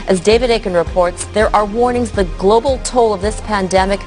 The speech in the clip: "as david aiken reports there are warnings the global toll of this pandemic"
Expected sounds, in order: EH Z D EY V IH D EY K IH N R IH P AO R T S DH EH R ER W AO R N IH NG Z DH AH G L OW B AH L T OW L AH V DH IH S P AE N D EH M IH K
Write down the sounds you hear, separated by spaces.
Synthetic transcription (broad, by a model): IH Z D EY V IH D EY K IH N R IH P AO R T S DH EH R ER W AO R N IH NG Z DH AH G L OW B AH L T OW L AH V DH IH S P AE N D EH M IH K